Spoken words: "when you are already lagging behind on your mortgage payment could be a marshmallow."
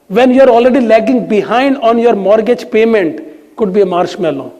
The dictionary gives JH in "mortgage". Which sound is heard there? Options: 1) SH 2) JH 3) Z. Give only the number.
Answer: 2